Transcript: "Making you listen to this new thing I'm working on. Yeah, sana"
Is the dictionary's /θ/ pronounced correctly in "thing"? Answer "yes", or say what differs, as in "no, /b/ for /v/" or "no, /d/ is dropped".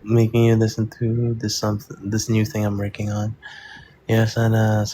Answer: yes